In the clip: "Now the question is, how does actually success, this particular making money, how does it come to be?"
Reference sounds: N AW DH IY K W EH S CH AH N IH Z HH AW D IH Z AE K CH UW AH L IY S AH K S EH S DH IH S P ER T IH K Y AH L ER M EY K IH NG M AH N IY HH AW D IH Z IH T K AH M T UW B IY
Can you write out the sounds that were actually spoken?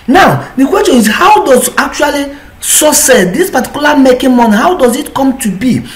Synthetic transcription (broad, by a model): N AW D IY K W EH S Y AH N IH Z HH AW D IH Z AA K CH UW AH L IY S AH S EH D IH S P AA T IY K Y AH L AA M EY K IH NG M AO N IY HH AW D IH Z IH T K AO M T UW B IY